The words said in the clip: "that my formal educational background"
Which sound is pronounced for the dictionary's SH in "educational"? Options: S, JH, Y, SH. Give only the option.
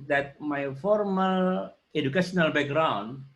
S